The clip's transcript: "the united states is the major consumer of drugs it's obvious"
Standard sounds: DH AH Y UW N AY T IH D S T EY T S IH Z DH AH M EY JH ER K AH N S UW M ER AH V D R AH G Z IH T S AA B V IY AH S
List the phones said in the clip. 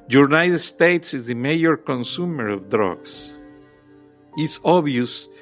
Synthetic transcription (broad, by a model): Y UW N AY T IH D S T EY T S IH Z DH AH M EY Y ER K AH N S UW M ER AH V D R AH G S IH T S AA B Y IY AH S